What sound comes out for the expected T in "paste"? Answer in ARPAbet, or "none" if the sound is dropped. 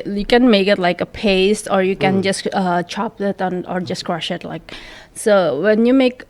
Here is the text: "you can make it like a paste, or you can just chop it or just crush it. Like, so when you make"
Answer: T